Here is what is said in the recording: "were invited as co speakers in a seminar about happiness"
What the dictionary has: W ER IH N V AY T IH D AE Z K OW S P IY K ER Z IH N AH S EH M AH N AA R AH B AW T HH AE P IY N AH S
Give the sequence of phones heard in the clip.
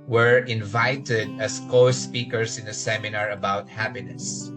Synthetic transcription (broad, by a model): W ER IH N V AY T IH D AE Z K OW S P IY K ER S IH N AH S EH M AH N AA R AH B AW T HH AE P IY N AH S